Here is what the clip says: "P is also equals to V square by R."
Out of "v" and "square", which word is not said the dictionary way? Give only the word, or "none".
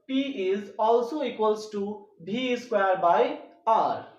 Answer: v